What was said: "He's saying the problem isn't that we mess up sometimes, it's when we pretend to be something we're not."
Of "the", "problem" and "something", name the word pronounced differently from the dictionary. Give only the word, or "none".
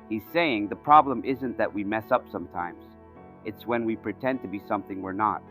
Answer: none